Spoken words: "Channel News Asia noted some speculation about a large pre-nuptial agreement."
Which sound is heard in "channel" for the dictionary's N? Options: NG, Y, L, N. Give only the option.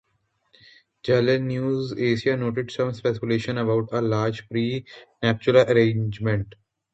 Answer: L